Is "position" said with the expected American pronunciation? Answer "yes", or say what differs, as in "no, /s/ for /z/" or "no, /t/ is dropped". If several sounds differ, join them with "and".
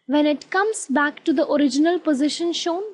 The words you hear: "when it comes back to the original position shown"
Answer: yes